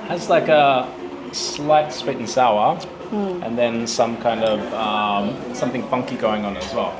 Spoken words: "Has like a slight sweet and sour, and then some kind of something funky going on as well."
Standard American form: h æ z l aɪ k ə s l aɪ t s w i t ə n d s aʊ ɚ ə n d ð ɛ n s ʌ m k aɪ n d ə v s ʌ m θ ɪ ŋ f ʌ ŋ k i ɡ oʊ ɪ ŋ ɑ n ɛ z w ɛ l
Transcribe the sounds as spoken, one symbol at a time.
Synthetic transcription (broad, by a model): h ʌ z l aɪ k ə s l aɪ t s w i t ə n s aʊ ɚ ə n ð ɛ n s ʌ m k aɪ n d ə v s ʌ m θ ɪ ŋ f ʌ ŋ k i ɡ oʊ ɪ ŋ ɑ n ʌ z w ɛ l